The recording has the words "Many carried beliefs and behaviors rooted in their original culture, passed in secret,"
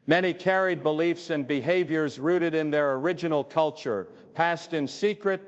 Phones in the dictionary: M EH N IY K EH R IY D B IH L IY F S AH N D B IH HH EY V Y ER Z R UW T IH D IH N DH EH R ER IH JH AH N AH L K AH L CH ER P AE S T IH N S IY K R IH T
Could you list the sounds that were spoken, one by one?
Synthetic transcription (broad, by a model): M EH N IY K EH R IY D B IH L IY F S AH N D B IH HH EY V Y ER Z R UW T IH D IH N DH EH R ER IH JH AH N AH L K AH L CH ER P AE S T IH N S IY K R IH T